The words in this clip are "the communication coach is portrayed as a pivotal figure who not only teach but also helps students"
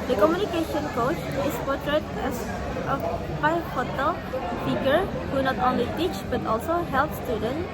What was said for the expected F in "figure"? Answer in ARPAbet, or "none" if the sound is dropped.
P